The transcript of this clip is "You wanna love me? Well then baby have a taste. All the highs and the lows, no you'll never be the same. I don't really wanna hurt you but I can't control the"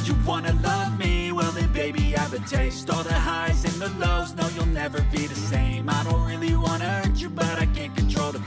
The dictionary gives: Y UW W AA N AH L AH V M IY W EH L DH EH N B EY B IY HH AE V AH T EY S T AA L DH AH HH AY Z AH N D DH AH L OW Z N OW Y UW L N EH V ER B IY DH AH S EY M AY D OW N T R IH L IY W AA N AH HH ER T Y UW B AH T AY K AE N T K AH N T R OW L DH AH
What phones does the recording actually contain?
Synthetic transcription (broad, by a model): Y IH W AA N AH L AH V M IY W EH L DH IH B EY B IY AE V AH T EY S T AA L DH AH HH AY Z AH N DH AH L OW Z N OW Y UW L N EH V ER B IY DH AH S EY M AY D OW N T R IH L IY W AA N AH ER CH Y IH B AH T AY K AE N K AH N T R OW L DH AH